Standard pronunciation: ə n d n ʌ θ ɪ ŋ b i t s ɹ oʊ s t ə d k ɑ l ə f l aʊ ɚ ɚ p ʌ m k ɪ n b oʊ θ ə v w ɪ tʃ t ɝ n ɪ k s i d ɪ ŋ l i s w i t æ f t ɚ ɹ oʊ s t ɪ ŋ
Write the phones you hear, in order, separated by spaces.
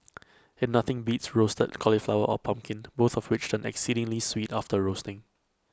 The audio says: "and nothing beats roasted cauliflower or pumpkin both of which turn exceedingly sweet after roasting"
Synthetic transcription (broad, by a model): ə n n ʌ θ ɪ ŋ b i t s ɹ oʊ s t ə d k ɑ l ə f l aʊ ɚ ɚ p ʌ m k ɪ n b oʊ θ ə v w ɪ tʃ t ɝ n ɪ k s i d ɪ ŋ l i s w i t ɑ f t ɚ ɹ oʊ s t ɪ ŋ